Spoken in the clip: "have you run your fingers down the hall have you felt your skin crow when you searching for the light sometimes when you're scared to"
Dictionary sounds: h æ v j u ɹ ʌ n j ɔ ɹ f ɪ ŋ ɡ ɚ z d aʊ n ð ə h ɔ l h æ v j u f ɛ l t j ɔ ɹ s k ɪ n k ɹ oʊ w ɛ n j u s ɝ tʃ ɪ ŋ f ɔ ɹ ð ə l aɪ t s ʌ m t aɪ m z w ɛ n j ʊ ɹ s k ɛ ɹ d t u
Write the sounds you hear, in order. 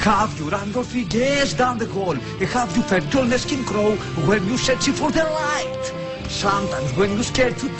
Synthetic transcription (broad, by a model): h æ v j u ɹ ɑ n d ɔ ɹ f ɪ ɡ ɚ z d aʊ n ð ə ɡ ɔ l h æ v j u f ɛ t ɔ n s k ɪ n k ɹ oʊ w ɛ n j u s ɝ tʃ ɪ f ɔ ɹ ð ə l aɪ t s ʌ m t aɪ m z w ɛ n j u s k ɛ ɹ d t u